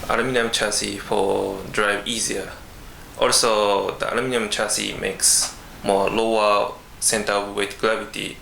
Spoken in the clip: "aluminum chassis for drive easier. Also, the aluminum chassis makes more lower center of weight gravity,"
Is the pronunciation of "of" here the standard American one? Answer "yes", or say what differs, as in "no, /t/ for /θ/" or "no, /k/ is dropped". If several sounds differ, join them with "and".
no, /p/ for /v/